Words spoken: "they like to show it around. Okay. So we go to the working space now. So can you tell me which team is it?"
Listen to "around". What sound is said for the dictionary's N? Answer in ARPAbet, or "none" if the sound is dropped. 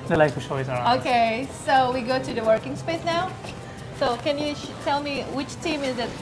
none